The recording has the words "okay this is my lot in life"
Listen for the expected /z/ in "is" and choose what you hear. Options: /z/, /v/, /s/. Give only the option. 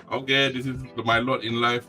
/s/